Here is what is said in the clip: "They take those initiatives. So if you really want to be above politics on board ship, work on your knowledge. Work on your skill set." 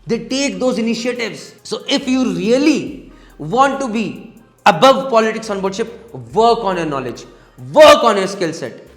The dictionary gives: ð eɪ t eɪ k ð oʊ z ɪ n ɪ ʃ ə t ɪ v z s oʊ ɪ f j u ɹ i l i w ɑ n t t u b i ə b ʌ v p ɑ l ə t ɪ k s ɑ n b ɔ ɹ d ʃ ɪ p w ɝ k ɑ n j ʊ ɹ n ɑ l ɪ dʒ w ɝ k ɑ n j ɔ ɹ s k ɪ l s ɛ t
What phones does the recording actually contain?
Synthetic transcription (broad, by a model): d eɪ t eɪ k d oʊ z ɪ n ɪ ʃ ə t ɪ v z s oʊ ɪ f j u ɹ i l i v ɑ n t t u b i ə b ʌ v p ɑ l ə t ɪ k s ɑ n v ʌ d ʃ ɪ p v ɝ k ɑ n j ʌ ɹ n ɑ l ɪ dʒ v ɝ k ɑ n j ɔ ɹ s k ɪ l s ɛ t